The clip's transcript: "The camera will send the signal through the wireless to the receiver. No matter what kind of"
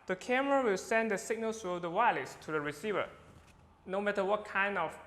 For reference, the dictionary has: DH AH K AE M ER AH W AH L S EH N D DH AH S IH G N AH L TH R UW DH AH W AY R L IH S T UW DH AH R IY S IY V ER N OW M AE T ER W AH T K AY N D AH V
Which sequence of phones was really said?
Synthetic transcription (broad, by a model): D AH K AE M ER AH W AH L S EH N D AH S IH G N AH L S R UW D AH W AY L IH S T UW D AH R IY S IY V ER N OW M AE T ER W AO T K AY N D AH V